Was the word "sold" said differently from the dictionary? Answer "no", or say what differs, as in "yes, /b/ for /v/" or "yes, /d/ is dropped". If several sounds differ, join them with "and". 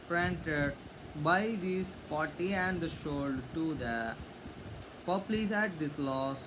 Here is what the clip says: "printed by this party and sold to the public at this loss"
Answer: yes, /ʃ/ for /s/